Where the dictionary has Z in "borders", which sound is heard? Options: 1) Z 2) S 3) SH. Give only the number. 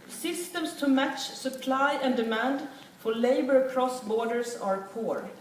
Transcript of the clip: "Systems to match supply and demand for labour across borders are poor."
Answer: 2